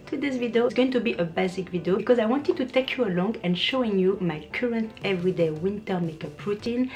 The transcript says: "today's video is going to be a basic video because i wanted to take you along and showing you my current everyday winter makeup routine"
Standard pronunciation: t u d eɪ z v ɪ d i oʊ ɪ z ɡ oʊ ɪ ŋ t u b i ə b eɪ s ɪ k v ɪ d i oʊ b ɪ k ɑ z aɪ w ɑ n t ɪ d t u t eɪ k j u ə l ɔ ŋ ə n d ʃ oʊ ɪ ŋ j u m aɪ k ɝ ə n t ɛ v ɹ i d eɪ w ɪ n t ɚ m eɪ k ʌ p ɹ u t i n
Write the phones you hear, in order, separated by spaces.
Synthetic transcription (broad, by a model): t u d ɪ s v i d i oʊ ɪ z ɡ oʊ ɪ ŋ t u b i ə b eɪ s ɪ k v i d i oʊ b ɪ k ɑ z aɪ w ɑ n t ɪ d t u t eɪ k j u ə l ɔ ŋ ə n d ʃ oʊ ɪ ŋ j u m aɪ k ɝ ə n t ɛ v ɹ i d eɪ w ɪ n t ɚ m eɪ k ʌ p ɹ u t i n